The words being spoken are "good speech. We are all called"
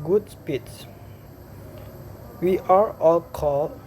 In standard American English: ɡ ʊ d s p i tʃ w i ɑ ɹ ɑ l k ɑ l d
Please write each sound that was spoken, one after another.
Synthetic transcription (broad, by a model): ɡ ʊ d s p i s w i ɑ ɹ ɑ l k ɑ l